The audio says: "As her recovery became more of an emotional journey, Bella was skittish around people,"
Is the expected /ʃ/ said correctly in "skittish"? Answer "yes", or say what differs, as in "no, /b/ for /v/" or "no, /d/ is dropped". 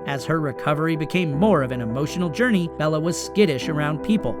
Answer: yes